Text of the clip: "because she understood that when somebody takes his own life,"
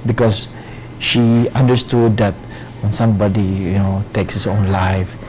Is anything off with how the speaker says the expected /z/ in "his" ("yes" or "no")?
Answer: yes